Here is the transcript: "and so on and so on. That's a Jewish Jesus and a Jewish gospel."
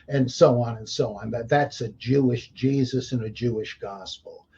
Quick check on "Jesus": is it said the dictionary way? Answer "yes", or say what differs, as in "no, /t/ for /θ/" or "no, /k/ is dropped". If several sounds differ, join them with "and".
yes